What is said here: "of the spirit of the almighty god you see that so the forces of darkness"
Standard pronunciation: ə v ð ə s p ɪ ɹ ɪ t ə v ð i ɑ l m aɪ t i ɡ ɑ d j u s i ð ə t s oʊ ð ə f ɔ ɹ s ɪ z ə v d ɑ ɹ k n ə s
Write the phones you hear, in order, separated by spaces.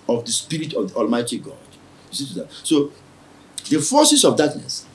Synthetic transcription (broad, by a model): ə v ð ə s p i ɹ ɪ t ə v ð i ɑ l m aɪ t i ɡ ɑ d j u s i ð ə t s oʊ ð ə f ɔ s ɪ s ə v d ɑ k n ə s